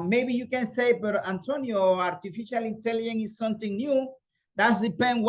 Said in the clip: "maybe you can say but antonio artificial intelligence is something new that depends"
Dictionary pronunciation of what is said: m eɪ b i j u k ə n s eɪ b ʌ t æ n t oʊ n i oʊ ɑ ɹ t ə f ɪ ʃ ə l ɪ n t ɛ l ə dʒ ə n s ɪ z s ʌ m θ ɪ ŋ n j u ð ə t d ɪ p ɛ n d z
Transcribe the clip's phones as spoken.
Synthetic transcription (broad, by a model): m eɪ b i j u k ə n s eɪ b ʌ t æ n t oʊ n i oʊ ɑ ɹ t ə f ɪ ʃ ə l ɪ n t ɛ l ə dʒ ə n ɪ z s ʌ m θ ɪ ŋ n j u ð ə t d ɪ p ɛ n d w